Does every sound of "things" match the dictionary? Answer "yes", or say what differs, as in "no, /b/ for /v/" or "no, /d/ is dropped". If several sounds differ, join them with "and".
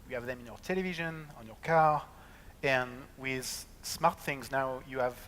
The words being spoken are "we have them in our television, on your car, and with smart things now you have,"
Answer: yes